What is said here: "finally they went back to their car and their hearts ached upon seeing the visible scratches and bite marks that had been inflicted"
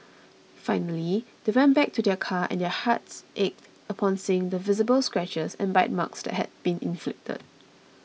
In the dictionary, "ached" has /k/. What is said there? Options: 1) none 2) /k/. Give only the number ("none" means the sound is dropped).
2